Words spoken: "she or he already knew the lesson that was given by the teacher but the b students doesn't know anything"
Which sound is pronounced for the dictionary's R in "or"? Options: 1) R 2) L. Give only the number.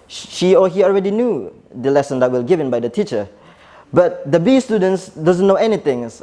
2